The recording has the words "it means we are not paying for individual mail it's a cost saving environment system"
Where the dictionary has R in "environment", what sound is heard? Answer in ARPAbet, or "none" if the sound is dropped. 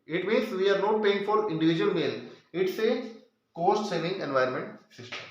none